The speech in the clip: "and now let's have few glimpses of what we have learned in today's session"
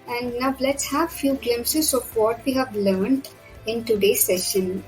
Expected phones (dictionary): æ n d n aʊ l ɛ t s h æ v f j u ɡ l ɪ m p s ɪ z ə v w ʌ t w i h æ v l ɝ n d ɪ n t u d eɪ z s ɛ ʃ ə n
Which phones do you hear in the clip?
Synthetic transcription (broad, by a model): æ n d n aʊ l ɛ t s h æ v f j u ɡ l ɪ m s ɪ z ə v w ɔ t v i h æ v l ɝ n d ɪ n t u d eɪ s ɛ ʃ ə n